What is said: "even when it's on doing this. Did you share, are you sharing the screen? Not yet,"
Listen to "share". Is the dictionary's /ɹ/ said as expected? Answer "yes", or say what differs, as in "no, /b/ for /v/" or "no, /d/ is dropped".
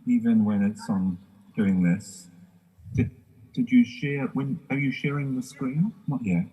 no, /w/ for /ɹ/